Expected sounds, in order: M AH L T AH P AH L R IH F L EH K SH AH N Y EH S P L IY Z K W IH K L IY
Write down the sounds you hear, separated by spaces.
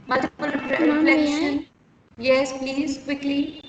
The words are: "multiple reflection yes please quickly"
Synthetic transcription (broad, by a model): M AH L T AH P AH L R IH F L EH K SH AH N Y EH S P L IY Z K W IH K L IY